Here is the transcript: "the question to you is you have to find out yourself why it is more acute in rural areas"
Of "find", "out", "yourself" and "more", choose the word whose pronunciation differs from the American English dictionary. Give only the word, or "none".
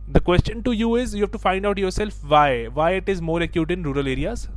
none